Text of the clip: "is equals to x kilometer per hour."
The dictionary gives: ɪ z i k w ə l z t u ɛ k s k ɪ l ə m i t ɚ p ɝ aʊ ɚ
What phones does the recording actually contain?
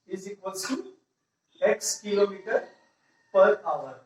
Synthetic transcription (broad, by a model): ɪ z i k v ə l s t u ɛ k s k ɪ l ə m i t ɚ p ɝ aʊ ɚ